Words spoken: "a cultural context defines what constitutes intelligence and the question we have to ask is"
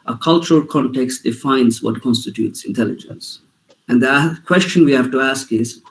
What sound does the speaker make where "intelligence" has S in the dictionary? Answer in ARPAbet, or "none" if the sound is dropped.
S